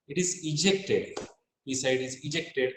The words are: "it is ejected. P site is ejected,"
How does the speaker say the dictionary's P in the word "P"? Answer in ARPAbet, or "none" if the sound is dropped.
B